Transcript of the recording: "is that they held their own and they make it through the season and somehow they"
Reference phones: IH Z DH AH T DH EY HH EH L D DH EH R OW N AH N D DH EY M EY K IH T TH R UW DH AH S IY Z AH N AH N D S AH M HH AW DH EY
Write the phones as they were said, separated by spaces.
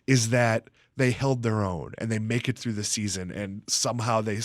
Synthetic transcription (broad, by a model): IH Z DH AH T DH EY HH EH L D DH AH R OW N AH N DH EY M EY K IH T TH R UW DH AH S IY Z AH N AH N S AH M HH AW DH EY